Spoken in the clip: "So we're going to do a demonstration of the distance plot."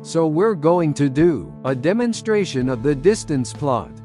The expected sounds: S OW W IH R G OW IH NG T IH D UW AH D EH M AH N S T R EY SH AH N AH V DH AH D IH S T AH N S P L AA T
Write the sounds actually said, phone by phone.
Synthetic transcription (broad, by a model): S OW W IH R G OW IH NG T IH D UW AH D EH M AH N S T R EY SH AH N AH V DH AH D IH S T AH N S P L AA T